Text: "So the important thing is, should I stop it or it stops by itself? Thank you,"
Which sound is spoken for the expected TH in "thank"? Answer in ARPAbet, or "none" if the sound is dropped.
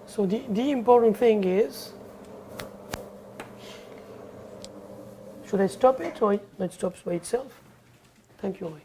T